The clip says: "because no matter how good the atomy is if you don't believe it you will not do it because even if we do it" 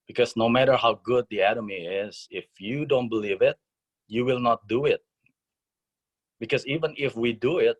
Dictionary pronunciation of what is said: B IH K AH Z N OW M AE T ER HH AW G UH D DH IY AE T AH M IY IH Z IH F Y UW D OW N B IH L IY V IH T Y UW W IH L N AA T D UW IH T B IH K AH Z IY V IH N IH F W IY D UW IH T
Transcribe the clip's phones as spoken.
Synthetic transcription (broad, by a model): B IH K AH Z N OW M AE T ER HH AW G UH D DH IY AE T AH M IY IH Z IH F Y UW D OW N B IH L IY V IH T Y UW W IH L N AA T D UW IH T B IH K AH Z IY V IH N IH F W IY D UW IH T